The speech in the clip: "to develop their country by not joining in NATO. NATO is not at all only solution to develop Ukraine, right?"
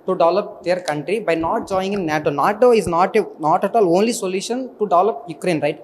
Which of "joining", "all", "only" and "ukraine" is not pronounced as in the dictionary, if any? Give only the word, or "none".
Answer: joining